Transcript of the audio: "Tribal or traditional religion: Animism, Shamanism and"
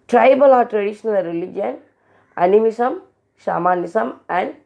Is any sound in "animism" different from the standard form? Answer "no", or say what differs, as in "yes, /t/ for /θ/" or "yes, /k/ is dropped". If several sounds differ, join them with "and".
yes, /s/ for /z/